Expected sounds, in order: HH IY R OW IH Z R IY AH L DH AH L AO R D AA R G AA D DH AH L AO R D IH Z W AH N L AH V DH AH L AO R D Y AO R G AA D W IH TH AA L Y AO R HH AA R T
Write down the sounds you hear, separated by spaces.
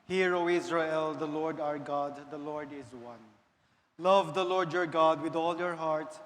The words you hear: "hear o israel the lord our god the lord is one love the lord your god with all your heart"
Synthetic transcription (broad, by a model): HH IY R OW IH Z R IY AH L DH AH L AO R D AA R G AA D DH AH L AO R D IH Z W AH N L AH V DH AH L AO R D Y AO R G AA D W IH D AA L Y AO R HH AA R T